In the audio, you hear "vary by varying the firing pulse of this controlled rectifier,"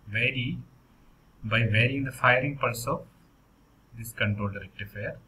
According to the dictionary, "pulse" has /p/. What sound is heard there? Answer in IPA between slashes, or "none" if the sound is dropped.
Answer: /p/